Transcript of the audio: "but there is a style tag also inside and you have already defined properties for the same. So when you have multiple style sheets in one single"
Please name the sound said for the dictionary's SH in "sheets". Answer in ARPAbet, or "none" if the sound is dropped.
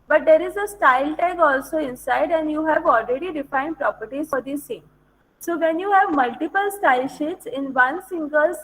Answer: SH